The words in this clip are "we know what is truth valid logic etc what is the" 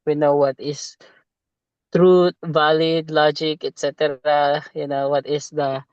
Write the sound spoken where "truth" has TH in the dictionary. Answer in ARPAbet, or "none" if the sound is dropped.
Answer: T